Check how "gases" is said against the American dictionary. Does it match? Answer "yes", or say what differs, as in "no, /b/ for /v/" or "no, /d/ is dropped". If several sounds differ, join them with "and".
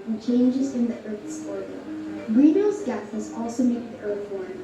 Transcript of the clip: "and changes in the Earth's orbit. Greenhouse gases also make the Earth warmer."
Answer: no, /θ/ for /s/